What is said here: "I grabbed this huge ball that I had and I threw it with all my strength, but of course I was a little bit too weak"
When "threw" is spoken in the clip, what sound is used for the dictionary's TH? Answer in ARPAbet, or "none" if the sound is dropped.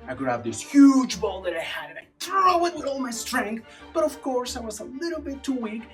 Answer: T